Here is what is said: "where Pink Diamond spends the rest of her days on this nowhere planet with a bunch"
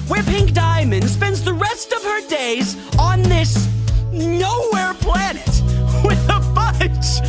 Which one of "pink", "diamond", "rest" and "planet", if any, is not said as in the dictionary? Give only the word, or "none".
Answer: none